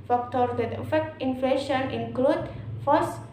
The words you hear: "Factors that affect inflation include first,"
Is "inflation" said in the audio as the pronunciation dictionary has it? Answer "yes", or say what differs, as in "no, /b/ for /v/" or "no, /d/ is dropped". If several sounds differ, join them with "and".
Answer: yes